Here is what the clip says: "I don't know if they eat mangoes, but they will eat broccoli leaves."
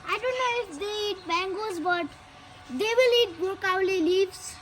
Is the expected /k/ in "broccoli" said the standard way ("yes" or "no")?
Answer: no